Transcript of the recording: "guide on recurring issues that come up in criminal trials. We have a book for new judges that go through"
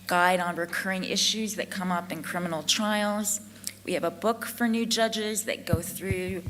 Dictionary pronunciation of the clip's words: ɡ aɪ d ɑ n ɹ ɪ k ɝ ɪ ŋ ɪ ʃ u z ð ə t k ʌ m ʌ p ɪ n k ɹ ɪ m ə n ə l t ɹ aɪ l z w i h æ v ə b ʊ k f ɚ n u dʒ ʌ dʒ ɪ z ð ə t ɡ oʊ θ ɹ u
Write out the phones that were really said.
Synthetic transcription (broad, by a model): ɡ aɪ d n ɹ ɪ k ɝ ɪ ŋ ɪ ʃ u z ð ə t k ʌ m ʌ p ɪ n k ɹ ɪ m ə n l t ɹ aɪ l z w i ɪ v ə b ʊ k f ɚ n u dʒ ʌ dʒ ɪ z ð ə t ɡ oʊ θ ɹ u